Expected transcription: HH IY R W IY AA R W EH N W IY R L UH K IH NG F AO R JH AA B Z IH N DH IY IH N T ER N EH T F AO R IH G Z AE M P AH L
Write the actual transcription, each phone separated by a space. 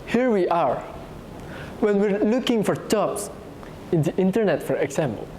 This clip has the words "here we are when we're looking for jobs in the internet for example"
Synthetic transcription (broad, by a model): HH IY R W IY AA R W EH N W IY R L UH K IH NG F AO R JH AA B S IH N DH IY IH N T ER N EH T F AO R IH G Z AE M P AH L